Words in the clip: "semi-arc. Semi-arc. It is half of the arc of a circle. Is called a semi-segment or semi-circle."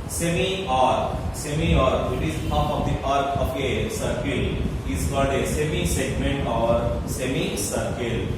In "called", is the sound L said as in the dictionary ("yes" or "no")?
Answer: no